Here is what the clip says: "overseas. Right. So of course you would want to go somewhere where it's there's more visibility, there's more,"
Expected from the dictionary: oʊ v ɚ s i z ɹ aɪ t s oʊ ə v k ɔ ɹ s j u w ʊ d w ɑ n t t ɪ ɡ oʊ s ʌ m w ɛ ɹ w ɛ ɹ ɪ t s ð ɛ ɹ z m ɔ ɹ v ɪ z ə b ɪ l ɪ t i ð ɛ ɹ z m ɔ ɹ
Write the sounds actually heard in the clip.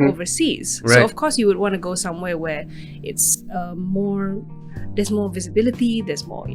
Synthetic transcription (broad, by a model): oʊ v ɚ s i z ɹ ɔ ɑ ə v k ɔ ɹ s j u w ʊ d w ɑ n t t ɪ ɡ oʊ s ʌ m w ɛ ɹ w ɛ ɹ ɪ t s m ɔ ɹ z m ɔ ɹ v ɪ z ə b ɪ l ɪ t i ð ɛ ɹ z m ɔ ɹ